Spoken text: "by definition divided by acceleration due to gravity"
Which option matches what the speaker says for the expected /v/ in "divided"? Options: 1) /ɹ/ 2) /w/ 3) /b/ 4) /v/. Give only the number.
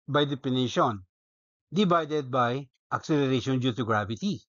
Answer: 3